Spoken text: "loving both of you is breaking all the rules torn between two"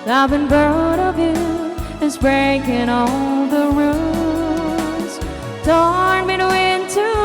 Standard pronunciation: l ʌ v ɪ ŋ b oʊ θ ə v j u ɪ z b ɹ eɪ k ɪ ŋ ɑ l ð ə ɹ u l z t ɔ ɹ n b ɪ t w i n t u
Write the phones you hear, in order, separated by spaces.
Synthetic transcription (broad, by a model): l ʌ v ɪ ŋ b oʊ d ə v j u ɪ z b ɹ eɪ k ɪ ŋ ɑ l ð ə ɹ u z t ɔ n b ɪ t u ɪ n t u